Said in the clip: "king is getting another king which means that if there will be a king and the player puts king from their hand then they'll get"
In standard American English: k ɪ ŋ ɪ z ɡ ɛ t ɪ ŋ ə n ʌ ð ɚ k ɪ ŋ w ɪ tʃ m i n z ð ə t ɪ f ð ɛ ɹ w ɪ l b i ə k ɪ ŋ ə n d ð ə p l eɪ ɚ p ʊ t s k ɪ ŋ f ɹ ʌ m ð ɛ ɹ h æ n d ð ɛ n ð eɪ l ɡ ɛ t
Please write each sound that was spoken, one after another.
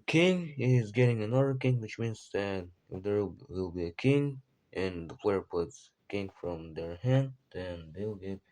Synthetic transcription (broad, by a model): k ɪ ŋ ɪ z ɡ ɛ t ɪ ŋ ə n ʌ ð ɚ k ɪ ŋ w ɪ tʃ m i n z ð ə t ɪ f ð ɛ ɹ w ɪ l b i ə k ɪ ŋ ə n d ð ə f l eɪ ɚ p ʊ t s k ɪ ŋ f ɹ ʌ m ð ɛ ɹ h æ n d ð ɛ n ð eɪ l ɡ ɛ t